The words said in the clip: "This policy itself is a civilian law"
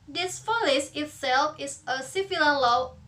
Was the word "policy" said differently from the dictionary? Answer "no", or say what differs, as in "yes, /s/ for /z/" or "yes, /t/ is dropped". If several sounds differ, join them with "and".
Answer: yes, /f/ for /p/